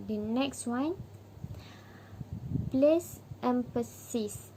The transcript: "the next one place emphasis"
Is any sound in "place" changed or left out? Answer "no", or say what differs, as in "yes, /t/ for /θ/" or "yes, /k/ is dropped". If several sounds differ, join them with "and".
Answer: no